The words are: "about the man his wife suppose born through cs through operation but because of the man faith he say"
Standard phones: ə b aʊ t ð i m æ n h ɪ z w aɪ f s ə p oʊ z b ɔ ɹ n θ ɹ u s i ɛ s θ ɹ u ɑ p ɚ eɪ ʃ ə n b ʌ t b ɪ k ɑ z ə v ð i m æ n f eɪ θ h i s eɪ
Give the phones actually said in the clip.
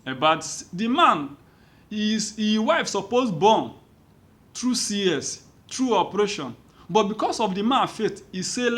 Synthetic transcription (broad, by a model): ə b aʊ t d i m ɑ n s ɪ w aɪ f s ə p oʊ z b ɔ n t ɹ u s i ɛ s t ɹ u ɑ p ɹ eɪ ʃ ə n b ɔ t b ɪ k ɑ s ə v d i m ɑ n f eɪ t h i s eɪ